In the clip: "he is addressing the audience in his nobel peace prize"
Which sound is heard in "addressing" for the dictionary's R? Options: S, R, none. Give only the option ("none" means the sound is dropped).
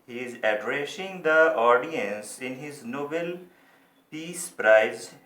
R